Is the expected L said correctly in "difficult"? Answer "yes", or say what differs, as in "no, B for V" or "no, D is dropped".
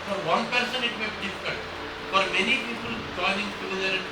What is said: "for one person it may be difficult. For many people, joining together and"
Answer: no, N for L